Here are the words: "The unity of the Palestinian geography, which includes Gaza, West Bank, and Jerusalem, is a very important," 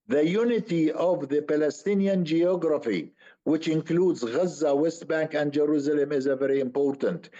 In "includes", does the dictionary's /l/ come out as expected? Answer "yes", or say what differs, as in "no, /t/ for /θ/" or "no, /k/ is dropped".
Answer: yes